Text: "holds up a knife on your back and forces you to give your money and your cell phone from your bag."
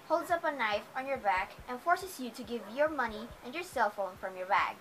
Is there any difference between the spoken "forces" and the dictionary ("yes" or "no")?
yes